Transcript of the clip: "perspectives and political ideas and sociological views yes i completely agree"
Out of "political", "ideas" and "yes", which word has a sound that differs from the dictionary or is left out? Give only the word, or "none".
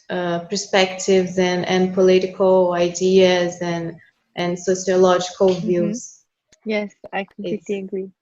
none